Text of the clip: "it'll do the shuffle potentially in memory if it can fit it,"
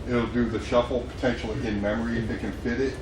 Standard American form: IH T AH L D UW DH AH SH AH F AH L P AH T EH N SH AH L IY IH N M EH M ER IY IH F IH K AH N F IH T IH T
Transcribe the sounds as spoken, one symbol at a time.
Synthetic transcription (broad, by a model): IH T L D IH DH AH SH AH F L P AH T EH N SH L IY IH N M EH M ER IY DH IH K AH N F IH T IH T